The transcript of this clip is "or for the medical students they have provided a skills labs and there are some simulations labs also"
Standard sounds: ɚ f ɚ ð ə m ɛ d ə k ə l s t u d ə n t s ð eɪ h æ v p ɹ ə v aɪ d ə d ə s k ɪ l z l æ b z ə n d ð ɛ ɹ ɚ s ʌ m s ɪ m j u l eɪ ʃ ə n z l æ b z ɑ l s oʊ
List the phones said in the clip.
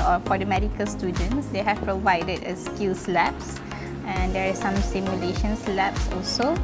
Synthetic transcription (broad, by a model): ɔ f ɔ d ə m ɛ d ə k ə l s t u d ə n t s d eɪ h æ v p ɹ ə v aɪ d ə d ə s k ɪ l s l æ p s ə n d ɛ ɹ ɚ s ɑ m s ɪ m j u l eɪ ʃ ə n s l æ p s ɑ l s oʊ